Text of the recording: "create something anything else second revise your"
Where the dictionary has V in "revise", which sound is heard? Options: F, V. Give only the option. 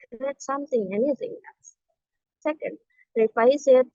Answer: F